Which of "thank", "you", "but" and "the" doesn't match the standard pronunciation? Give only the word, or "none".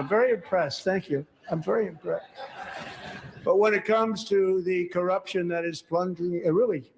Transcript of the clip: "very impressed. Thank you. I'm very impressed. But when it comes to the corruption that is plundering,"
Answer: none